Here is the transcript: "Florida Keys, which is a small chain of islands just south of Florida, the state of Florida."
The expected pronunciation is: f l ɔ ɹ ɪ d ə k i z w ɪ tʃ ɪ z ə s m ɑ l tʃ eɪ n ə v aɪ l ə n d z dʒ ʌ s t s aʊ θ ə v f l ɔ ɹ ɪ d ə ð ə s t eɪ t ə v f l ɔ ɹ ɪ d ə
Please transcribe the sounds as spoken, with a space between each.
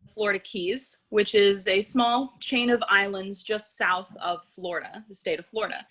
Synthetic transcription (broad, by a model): f l ɔ ɹ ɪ d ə k i z w ɪ tʃ ɪ z ə s m ɑ l tʃ eɪ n ə v aɪ l ə n d z dʒ ʌ s t s aʊ θ ə v f l ɔ ɹ ɪ d ə ð ə s t eɪ t ə v f l ɔ ɹ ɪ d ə